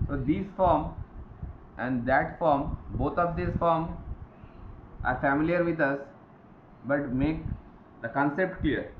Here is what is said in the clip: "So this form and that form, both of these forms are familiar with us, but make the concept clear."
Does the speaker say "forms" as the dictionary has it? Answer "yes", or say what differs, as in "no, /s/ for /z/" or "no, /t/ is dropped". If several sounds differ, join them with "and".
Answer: no, /z/ is dropped